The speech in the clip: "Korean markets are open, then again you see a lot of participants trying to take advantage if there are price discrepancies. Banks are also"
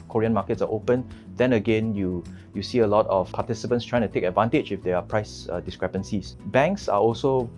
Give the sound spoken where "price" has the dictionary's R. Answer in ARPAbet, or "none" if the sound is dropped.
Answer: R